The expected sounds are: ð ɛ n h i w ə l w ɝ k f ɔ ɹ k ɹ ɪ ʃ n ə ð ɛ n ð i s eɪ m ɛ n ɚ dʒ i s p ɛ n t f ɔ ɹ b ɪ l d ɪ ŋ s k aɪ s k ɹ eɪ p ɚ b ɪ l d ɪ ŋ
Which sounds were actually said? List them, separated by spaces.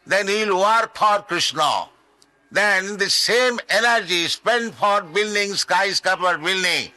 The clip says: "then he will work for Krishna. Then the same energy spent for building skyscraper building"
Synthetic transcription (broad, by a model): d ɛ n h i l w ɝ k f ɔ ɹ k ɹ ɪ ʃ n ə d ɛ n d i s eɪ m ɛ n ɚ dʒ i s p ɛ n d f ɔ ɹ b ɪ l d ɪ ŋ s k aɪ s k ʌ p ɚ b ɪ l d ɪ ŋ